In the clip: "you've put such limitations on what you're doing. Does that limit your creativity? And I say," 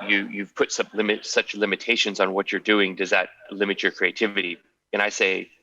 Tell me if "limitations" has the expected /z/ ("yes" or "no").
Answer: yes